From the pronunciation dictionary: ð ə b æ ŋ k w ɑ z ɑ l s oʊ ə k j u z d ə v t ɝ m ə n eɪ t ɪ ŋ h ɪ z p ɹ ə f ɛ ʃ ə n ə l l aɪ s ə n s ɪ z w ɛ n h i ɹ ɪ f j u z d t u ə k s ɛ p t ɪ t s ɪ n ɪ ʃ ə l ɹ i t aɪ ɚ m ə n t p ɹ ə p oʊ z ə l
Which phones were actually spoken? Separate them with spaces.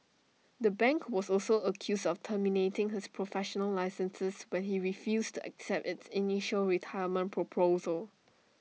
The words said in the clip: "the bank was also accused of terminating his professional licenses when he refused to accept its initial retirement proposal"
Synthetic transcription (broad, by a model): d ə b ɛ ŋ k w ɑ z ɑ l s oʊ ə k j u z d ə f t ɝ m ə n eɪ t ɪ ŋ h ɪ s p ɹ ə f ɛ ʃ ə n ə l l aɪ s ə n s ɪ s w ɛ n h i ɹ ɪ f j u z t u ə k s ɛ p t ɪ t s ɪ n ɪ ʃ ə l ɹ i t aɪ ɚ m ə n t p ɹ ə p oʊ z ə l